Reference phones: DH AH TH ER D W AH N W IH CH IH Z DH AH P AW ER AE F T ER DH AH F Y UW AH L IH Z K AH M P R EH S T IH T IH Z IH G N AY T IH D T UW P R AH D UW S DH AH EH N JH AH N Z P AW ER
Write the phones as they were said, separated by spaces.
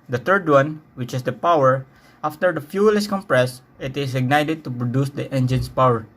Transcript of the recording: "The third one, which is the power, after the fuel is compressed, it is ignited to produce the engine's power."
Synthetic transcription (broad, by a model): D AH T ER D W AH N W IH CH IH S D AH P AW ER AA F T ER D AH F Y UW L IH S K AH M P R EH S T IH T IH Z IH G N AY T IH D T UW P R AH D UW S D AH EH N JH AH N S P AW ER